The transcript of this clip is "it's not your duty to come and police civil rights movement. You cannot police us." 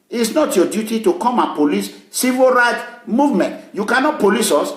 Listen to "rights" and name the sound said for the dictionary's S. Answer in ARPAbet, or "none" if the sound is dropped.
none